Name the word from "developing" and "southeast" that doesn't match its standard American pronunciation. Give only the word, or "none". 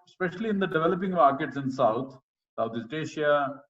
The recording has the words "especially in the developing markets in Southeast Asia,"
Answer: southeast